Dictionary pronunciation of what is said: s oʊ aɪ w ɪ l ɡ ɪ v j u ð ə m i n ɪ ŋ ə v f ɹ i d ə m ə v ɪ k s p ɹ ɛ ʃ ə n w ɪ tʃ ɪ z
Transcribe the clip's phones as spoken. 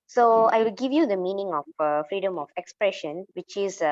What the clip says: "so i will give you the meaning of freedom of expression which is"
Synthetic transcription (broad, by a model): s oʊ aɪ w ɪ l ɡ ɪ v j u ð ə m i n ɪ ŋ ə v f ɹ i d ə m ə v ɪ k s p ɹ ɛ ʃ ə n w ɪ tʃ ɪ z